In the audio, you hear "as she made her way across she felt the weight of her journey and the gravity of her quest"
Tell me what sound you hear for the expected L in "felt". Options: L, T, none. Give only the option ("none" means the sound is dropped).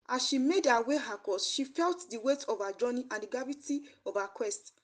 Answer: L